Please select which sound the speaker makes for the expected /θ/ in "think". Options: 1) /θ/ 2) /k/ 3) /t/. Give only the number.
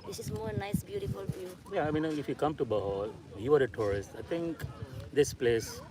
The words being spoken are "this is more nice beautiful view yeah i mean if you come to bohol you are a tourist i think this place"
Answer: 3